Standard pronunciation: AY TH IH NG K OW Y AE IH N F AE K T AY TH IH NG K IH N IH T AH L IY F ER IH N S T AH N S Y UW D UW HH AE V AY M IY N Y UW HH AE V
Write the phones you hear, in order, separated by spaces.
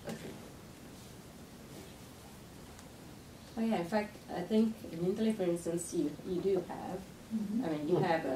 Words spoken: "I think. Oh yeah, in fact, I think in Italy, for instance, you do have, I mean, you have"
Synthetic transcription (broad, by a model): OW Y AE IH N F AE K T AY TH IH NG K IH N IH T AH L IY F ER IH N S T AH N S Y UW D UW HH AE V AY M IY N Y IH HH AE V